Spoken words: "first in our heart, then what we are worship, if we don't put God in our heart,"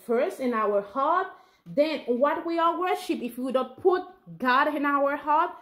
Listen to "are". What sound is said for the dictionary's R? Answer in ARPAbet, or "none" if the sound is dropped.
L